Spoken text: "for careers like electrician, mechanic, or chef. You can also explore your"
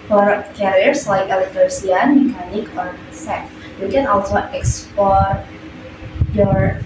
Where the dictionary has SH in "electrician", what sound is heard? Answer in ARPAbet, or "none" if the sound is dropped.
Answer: none